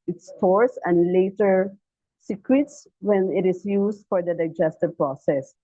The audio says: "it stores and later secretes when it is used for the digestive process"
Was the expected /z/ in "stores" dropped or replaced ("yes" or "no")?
yes